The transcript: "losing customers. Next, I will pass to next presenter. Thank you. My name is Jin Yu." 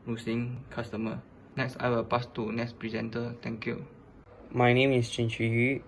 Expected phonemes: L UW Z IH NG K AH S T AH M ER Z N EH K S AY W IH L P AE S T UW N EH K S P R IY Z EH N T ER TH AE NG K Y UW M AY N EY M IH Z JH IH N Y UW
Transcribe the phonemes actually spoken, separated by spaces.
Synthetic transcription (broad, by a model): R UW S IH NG K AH S T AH M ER N EH K S AY W IH L P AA S T UW N EH K S P R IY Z EH N T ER T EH NG K Y UW M AY N EY M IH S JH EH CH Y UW